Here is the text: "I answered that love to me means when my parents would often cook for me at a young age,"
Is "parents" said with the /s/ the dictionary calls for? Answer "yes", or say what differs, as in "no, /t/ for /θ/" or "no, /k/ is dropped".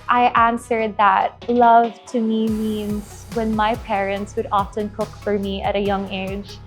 yes